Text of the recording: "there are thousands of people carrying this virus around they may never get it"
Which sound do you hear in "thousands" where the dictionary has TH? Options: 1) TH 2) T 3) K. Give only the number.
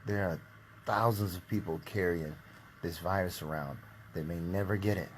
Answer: 1